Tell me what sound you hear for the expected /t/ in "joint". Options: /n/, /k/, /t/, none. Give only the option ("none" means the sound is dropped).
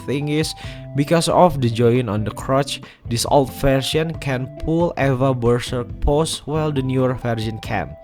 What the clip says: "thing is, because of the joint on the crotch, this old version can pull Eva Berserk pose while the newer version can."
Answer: none